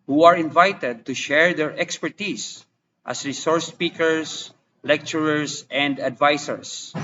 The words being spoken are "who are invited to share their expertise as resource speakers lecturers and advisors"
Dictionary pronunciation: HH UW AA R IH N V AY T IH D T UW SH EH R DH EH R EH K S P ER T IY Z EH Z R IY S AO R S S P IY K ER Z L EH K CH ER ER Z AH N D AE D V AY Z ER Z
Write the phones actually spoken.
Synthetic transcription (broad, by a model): HH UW AA R IH N V AY T IH D T UW SH EH R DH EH R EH K S P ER T IY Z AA S R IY S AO R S S P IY K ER S L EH K CH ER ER S AH N D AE D V AY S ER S